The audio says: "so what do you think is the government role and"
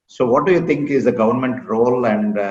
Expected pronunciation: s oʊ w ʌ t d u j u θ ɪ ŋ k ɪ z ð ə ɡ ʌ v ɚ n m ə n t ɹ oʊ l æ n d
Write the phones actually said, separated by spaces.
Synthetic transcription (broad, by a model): s oʊ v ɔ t d u j u t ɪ ŋ k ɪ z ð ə ɡ ʌ v ɚ n m ə n t ɹ oʊ l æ n d